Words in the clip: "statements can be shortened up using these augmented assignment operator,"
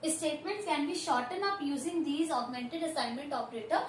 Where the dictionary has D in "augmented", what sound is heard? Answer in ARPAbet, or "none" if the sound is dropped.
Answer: D